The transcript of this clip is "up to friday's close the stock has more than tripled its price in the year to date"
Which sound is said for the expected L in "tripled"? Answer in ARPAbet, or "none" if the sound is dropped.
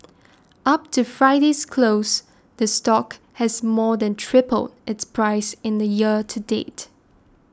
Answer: L